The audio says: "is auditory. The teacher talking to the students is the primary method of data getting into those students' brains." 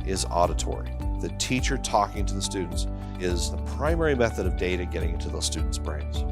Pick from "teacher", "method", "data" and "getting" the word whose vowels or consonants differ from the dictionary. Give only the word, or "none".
none